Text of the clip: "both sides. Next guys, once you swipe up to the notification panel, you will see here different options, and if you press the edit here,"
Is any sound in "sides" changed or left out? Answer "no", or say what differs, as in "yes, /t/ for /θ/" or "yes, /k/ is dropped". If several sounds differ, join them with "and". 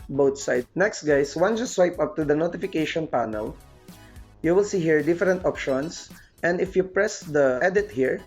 yes, /z/ is dropped